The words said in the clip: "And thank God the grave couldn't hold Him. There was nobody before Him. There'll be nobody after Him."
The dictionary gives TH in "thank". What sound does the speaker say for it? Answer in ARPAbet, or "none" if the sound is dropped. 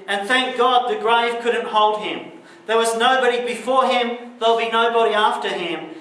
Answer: TH